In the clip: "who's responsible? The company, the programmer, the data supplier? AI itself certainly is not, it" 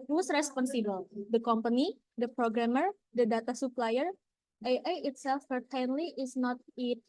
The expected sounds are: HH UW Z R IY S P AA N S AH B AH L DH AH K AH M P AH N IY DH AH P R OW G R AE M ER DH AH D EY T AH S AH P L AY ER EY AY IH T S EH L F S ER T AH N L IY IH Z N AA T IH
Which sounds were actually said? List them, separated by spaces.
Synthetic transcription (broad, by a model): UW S R IY S P AA N S AH B AH L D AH K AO M P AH N IY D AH P R OW G R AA M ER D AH D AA T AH S AH P L AY ER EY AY IH T S EH L F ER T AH N L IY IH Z N AA T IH